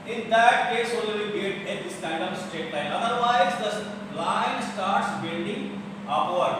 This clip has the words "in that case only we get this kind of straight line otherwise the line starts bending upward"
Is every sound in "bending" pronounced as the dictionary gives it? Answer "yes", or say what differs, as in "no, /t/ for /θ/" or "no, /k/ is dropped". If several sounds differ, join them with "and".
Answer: no, /l/ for /n/